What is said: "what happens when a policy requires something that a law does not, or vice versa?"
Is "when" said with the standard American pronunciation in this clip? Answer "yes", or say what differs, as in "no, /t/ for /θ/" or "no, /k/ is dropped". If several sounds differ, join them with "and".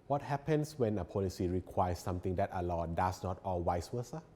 yes